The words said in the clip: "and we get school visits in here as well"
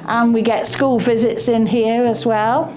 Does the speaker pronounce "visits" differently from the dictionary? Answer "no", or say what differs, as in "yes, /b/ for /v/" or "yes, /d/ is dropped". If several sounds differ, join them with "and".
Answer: no